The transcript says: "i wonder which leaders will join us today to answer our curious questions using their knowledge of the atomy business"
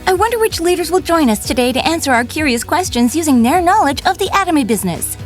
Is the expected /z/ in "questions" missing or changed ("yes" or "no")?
no